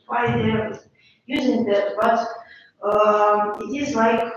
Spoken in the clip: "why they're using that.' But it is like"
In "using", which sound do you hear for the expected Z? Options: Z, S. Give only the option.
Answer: Z